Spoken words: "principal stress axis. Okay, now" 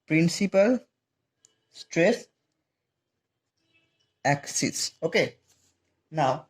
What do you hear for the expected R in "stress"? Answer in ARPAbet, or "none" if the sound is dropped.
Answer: R